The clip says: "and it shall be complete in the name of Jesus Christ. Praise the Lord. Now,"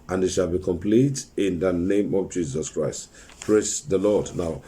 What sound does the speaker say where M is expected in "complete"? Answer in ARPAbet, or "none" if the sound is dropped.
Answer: M